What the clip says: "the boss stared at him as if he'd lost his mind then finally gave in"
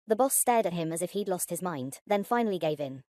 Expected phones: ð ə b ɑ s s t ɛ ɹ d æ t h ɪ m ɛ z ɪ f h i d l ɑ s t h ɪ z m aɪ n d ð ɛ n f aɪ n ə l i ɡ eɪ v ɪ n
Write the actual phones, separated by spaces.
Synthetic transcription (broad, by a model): ð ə b ɑ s s t ɛ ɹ d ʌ t h ɪ m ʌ z ɪ f h i d l ɑ s t h ɪ z m aɪ n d ð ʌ n f aɪ n ə l i ɡ eɪ v ɪ n